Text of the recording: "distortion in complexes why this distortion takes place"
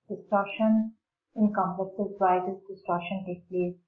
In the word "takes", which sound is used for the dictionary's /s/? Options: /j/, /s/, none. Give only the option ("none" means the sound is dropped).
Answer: none